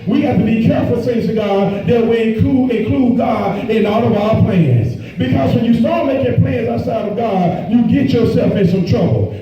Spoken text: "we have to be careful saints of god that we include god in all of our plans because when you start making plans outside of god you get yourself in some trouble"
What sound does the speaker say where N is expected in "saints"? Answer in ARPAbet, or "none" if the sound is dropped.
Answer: none